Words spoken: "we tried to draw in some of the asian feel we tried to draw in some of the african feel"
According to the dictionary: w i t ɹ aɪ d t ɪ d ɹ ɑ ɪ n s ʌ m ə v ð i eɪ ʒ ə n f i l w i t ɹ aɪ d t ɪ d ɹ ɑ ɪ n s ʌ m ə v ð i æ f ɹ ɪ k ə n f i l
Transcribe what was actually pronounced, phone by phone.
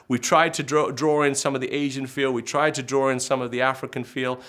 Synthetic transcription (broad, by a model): w i t ɹ aɪ d t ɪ d ɹ ɑ ɪ n s ʌ m ə v ð i eɪ ʒ ə n f i l w i t ɹ aɪ d t ɪ d ɹ ɑ ɪ n s ʌ m ə v ð i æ f ɹ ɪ k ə n f i l